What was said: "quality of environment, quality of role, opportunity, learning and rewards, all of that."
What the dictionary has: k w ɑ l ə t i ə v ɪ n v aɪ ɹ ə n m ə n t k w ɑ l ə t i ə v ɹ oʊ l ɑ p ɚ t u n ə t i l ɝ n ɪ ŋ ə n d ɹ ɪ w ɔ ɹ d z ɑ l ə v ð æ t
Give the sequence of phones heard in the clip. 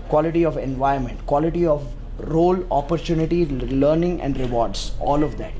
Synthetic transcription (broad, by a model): k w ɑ l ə t i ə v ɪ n v aɪ ə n m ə n t k w ɑ l ə t i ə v ɹ oʊ l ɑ p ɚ t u n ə t i l ɝ n ɪ ŋ ə n d ɹ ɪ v ɔ ɹ d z ɑ l ə v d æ t